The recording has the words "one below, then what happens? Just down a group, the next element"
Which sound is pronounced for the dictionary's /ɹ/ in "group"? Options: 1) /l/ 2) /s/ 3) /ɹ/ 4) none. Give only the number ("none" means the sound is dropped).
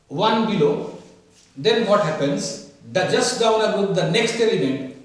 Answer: 4